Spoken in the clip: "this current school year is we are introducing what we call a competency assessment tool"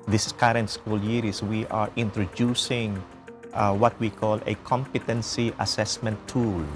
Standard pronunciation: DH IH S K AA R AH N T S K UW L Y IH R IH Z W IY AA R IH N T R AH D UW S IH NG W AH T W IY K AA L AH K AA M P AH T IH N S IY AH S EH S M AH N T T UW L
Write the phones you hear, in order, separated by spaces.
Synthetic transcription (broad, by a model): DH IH S K AA R AH N T S K UW L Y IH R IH S W IY AA R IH N T R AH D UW S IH NG W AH T W IY K AA L AH K AA M P AH T IH N S IY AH S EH S M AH N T T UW L